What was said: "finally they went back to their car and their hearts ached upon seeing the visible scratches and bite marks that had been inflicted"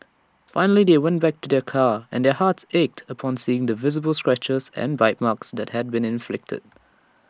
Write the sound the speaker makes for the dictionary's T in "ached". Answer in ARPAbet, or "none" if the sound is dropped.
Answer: T